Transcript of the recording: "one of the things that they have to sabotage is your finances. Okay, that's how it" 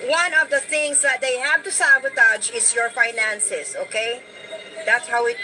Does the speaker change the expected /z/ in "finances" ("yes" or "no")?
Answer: yes